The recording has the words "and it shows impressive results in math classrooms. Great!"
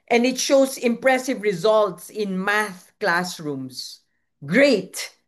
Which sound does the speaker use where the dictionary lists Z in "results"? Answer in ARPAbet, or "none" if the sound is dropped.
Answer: Z